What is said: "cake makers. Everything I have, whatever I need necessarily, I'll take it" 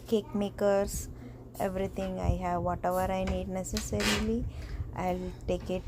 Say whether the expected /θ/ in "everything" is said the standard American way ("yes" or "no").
no